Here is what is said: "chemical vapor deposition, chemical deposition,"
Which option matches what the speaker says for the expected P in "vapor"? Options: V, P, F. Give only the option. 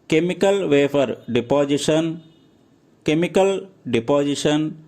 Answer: F